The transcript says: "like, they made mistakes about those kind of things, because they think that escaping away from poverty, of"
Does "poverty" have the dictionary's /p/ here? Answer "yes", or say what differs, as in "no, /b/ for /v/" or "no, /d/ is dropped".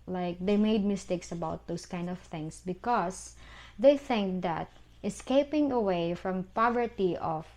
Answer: yes